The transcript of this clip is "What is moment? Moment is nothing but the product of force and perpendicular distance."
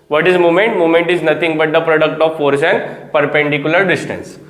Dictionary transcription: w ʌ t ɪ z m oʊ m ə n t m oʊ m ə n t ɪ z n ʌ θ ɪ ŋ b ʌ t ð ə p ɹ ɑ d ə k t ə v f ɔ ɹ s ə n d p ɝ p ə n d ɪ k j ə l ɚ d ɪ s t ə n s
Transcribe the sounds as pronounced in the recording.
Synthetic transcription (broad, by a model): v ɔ t ɪ z m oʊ m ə n t m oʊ m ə n t ɪ z n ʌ t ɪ ŋ b ʌ t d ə p ɹ ɑ d ə k t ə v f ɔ ɹ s ə n d p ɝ p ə n d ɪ k j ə l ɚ d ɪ s t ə n s